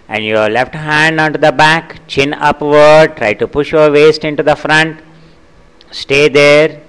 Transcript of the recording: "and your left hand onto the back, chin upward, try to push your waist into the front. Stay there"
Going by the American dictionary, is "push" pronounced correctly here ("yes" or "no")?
yes